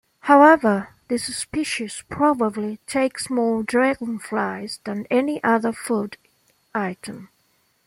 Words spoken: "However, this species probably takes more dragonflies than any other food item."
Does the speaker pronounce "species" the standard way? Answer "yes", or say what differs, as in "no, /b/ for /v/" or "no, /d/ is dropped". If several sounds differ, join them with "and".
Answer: no, /s/ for /z/